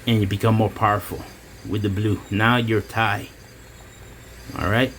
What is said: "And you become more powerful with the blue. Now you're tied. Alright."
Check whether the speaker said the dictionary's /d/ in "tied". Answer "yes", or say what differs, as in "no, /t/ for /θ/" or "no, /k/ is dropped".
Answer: no, /d/ is dropped